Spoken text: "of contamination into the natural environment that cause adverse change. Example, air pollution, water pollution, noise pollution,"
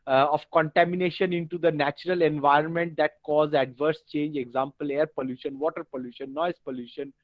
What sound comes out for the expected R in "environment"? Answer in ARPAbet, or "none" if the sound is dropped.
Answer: R